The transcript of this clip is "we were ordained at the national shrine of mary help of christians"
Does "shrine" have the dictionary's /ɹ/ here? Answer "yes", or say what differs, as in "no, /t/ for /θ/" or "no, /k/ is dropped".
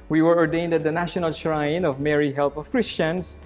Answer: yes